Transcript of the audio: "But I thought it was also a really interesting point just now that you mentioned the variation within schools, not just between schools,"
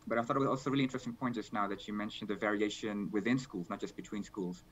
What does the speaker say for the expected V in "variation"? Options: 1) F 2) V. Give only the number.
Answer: 2